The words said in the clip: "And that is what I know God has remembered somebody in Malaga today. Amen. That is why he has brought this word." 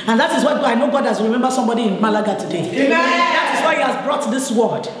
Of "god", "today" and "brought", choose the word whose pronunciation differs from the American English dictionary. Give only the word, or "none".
none